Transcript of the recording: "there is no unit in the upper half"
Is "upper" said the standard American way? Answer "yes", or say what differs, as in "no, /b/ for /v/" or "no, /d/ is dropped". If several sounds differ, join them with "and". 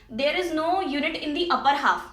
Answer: yes